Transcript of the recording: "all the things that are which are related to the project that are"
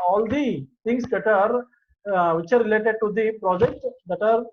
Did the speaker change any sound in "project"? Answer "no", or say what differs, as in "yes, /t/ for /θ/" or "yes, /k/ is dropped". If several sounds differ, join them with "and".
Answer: no